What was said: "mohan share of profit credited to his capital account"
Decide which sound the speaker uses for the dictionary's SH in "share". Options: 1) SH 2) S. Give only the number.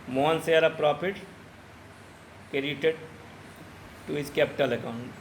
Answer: 2